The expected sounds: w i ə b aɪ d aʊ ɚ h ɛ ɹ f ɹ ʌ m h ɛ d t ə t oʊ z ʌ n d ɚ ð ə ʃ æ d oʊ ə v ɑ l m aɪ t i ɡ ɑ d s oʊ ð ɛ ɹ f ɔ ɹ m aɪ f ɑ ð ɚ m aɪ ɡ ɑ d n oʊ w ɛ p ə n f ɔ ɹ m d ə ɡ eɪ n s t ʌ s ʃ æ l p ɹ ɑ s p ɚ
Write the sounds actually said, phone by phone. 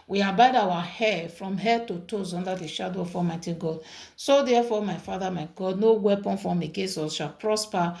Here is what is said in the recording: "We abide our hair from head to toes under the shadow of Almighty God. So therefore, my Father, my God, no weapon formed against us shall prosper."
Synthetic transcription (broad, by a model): w i ə b aɪ d aʊ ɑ h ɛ f ɹ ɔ m h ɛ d t ə t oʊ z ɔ n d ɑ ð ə ʃ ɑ d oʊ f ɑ m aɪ t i ɡ ɑ d s oʊ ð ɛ f ɔ m aɪ f ɑ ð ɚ m aɪ ɡ ɑ d n oʊ w ɛ p ə n f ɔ m ə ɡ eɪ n s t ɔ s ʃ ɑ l p ɹ ɑ s p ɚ